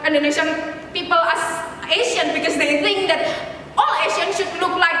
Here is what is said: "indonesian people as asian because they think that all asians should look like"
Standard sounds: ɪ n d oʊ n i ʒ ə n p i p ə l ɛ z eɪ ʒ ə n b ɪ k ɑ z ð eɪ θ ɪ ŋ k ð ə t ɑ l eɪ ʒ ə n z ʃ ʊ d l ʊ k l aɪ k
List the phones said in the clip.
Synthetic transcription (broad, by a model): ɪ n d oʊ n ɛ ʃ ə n p i p ə l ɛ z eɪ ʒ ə n b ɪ k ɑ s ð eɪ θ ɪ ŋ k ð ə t ɑ l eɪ ʃ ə n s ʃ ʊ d l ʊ k l aɪ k